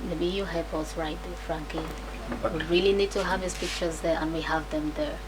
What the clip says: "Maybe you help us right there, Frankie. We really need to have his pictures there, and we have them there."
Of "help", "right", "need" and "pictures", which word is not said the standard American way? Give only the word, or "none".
help